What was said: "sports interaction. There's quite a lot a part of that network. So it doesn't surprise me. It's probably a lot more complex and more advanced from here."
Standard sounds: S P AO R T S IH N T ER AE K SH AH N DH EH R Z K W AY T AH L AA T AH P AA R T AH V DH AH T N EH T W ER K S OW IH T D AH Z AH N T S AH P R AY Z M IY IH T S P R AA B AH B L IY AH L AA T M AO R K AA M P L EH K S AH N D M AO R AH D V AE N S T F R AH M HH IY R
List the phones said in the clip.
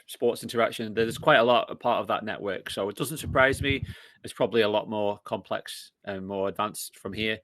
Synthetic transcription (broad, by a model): S P AO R T S IH N T ER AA K SH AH N DH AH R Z K W AY T AH L AA T AH P AA R T AH V DH AH T N EH T W ER K S OW IH T D AH Z AH N T S AH P R AY Z M IY IH T S P R AA B AH B L IY AH L AA T M AO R K AA M P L EH K S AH N M AO R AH D V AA N S F R AH M HH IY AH